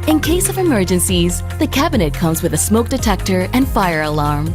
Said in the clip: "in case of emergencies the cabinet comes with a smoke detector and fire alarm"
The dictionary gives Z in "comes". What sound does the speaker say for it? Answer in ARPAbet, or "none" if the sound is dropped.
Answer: Z